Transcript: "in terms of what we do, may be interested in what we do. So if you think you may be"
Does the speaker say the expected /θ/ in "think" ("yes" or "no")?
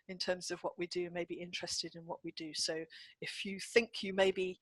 yes